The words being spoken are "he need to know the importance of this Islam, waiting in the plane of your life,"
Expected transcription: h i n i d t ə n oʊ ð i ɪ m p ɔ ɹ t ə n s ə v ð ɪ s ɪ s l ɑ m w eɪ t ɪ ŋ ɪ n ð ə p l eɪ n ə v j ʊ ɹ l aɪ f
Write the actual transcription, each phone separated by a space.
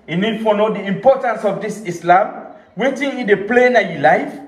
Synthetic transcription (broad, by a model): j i n i d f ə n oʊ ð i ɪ m p ɔ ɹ t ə n s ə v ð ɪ s ɪ s l ɑ m w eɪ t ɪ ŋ ɪ n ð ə p l eɪ n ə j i l aɪ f